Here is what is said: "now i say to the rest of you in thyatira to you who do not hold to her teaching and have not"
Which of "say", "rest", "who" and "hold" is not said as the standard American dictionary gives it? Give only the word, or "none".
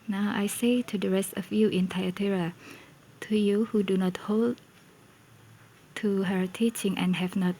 none